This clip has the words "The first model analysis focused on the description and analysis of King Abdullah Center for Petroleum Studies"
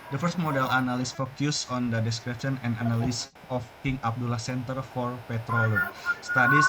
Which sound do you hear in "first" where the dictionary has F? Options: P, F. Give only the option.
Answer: F